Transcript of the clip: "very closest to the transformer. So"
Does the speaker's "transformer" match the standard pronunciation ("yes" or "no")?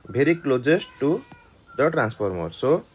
no